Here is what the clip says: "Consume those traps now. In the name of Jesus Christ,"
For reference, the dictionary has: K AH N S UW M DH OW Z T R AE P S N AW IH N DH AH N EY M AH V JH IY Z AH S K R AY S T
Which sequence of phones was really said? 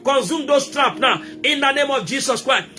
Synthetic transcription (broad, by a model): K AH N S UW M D OW S T R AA P N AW IH N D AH N EY M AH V JH IY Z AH S K R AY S